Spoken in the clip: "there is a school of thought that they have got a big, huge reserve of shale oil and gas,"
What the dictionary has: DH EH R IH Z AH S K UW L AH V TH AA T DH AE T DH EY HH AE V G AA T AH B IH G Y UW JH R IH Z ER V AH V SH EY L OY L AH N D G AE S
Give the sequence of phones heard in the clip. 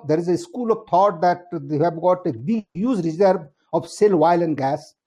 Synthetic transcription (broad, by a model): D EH R IH Z AH S K UW L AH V T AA T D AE T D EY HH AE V G AA T AH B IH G Y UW Z R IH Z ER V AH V S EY L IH L AH N D G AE S